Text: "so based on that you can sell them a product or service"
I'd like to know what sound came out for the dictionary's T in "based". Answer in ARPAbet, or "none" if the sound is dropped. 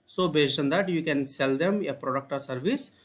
none